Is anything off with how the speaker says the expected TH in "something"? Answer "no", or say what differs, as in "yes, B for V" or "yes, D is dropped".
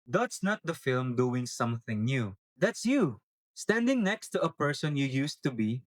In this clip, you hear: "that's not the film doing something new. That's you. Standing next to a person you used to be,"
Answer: no